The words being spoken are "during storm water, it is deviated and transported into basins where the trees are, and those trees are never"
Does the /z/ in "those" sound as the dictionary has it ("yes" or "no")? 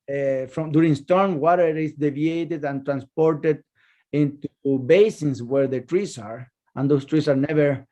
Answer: no